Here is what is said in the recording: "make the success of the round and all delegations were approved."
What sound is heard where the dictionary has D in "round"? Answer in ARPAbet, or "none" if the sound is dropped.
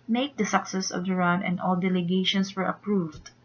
none